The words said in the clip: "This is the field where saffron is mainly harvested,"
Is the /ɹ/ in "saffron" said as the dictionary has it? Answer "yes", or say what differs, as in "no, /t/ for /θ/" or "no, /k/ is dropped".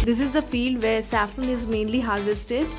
no, /ɹ/ is dropped